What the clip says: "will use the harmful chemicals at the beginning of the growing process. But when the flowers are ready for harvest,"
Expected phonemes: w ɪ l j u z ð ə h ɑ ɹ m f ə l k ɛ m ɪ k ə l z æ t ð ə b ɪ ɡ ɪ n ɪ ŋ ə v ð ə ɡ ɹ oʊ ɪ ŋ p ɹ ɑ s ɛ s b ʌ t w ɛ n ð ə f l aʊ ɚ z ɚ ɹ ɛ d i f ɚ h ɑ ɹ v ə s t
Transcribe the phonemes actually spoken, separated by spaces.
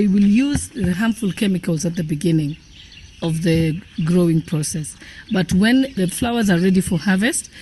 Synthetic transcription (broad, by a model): w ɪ l j u z ð ə h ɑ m f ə l k ɛ m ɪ k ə l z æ t ð ə b ɪ ɡ ɪ n ɪ ŋ ə v ð ə ɡ ɹ oʊ ɪ ŋ p ɹ ɑ s ɛ s b ʌ t w ɛ n ð ə f l aʊ ɚ z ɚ ɹ ɛ d i f ɚ h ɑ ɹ v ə s t